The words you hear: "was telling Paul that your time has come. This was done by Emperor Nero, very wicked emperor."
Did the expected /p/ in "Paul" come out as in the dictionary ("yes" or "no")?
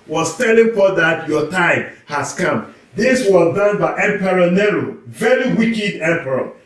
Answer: no